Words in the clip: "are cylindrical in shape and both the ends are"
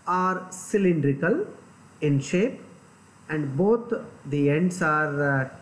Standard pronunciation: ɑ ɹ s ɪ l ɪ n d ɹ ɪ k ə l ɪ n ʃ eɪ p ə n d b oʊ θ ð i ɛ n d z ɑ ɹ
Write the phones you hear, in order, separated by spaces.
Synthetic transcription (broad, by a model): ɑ ɹ s ɪ l ɪ n d ɹ ɪ k ə l ɪ n ʃ eɪ p ə n d b oʊ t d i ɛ n d s ɑ ɹ